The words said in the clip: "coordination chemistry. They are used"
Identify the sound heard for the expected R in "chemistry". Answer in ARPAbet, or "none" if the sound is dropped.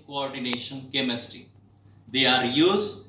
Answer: none